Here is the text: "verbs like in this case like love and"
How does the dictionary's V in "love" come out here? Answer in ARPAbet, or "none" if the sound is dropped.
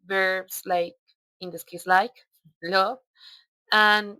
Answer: none